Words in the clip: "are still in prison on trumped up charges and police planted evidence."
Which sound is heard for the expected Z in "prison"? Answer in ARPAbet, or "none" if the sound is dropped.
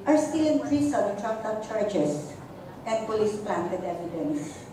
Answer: S